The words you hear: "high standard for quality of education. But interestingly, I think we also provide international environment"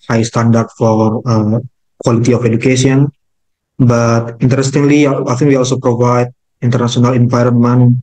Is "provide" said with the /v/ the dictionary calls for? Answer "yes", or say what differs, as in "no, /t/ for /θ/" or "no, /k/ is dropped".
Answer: yes